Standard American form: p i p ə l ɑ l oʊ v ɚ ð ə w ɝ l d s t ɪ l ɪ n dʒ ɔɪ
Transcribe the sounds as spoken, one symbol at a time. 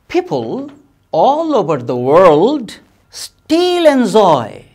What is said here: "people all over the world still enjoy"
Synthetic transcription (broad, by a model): p i p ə l ɑ l oʊ v ɚ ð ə w ɝ l d s t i l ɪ n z ɔɪ